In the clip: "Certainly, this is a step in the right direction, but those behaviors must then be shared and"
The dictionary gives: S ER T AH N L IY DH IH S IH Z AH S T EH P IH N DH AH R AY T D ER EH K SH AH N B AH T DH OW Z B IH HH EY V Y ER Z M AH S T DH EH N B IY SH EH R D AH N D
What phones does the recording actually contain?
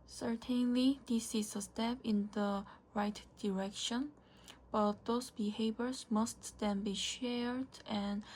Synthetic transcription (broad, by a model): S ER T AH N L IY DH IH S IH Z AH S T EH P IH N DH AH R AY T D ER EH K SH AH N B AH T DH OW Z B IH HH EY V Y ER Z M AH S T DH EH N B IY SH EH R D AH N